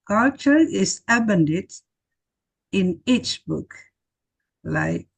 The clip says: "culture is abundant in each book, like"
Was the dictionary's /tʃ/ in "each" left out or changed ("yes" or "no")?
no